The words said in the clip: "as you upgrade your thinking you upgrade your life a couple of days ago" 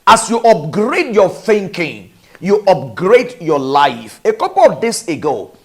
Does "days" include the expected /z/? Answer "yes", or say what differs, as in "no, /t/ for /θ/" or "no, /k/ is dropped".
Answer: no, /s/ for /z/